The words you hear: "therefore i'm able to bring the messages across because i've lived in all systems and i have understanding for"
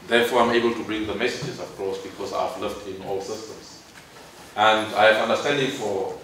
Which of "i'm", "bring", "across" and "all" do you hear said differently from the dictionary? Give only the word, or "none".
none